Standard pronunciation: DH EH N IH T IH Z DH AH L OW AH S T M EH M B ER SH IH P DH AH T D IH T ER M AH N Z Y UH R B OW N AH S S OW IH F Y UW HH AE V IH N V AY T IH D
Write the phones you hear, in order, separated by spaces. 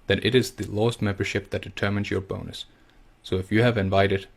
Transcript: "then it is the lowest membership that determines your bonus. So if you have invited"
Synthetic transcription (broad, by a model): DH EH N IH T IH Z DH AH L OW AH S T M EH M B ER SH IH P DH AH T D IH T ER M AH N Z Y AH R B OW N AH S S OW IH F Y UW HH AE V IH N V AY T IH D